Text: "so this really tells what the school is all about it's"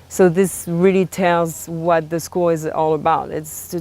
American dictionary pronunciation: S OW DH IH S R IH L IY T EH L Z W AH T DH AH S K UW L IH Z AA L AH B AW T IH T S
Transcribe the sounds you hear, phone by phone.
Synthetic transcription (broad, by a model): S OW DH IH S R IH L IY T EH L Z W AH T DH AH S K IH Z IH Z AA L AH B AW T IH T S